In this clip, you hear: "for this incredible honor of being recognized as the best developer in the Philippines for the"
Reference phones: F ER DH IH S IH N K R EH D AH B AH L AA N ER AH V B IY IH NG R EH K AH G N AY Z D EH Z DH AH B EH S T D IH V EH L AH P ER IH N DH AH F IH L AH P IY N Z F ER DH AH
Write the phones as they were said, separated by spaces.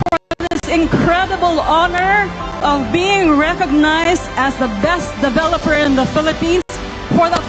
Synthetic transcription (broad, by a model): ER DH IH S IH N K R EH D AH B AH L AA N ER AH V B IY IH NG R EH K AH G N AY Z D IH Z DH AH B EH S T D IH V EH L AH P ER IH N DH AH F IH L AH P IY N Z F ER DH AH